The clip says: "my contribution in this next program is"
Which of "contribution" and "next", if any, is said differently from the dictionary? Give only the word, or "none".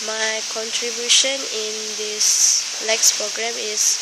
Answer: next